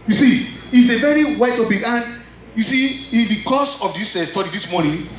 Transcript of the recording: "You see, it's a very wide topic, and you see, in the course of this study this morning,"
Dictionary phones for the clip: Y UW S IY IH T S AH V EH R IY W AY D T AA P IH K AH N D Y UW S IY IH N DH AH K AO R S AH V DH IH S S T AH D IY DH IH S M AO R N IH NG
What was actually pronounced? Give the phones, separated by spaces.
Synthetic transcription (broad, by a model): Y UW S IY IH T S AH V EH R IY W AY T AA B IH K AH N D Y UW S IY IH N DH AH K AO S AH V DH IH S S T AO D IY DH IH S M AO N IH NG